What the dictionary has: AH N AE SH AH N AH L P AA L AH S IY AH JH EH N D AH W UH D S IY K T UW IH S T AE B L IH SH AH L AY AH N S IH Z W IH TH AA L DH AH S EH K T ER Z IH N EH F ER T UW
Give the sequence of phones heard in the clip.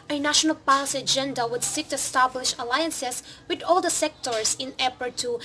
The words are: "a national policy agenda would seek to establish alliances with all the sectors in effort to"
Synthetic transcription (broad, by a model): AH N AE SH AH N AH L P AA L AH S IY AH JH EH N D AH W UH D S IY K T UW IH S T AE B L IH SH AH L AY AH N S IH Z W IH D AA L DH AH S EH K T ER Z IH N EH P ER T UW